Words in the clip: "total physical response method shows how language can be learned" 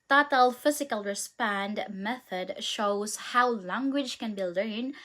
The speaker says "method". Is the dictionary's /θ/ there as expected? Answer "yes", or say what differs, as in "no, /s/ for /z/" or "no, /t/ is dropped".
yes